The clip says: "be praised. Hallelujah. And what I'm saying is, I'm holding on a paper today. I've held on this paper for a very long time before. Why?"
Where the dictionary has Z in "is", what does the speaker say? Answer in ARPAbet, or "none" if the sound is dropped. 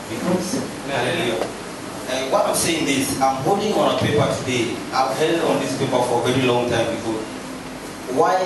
S